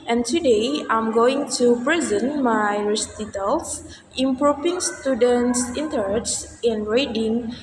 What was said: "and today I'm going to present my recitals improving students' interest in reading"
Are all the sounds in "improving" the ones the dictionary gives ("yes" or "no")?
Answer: no